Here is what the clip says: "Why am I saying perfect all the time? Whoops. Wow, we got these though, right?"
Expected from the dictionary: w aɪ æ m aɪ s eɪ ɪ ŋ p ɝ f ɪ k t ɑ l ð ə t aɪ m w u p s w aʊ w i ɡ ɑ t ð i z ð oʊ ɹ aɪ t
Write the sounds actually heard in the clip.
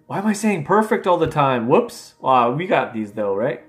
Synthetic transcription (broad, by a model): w aɪ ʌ m aɪ s eɪ ɪ ŋ p ɝ f ɪ k t ɑ l ð ə t aɪ m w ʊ p s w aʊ w i ɡ ɑ t ð i z ð oʊ ɹ aɪ t